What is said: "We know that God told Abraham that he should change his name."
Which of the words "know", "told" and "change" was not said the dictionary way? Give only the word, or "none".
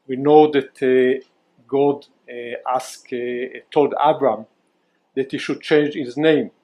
none